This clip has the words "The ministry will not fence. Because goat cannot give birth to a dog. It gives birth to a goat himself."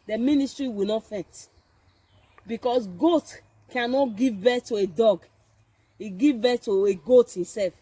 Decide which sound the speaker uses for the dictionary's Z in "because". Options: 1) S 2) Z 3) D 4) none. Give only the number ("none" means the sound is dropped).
1